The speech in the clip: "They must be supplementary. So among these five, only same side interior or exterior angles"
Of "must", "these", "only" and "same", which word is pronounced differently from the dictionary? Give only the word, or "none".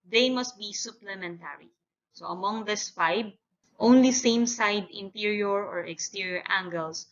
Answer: these